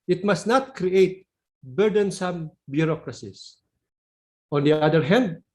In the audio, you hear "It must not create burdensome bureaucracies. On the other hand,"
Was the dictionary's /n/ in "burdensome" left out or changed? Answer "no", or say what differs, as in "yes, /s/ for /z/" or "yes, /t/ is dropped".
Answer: no